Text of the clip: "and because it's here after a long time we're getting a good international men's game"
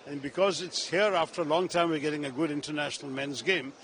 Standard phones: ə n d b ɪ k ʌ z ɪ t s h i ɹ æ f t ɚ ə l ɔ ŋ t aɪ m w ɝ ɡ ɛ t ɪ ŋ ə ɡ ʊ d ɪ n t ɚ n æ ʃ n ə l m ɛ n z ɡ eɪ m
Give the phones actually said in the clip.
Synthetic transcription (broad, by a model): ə n b ɪ k ʌ z ɪ t s h i ɹ æ f t ɚ ə l ɔ ŋ t aɪ m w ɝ ɡ ɛ t ɪ ŋ ə ɡ ʊ d ɪ n t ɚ n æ ʃ n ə l m ɛ n z ɡ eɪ m